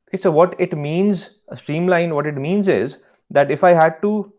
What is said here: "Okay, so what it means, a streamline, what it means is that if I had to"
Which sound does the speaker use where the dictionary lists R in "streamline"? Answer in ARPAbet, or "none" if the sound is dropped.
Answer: R